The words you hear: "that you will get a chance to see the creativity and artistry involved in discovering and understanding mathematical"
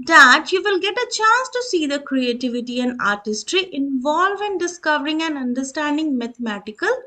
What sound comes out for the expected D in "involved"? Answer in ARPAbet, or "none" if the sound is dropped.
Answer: none